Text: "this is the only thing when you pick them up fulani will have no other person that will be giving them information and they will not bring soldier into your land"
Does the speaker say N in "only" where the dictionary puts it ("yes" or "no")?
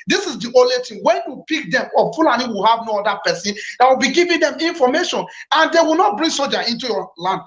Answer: no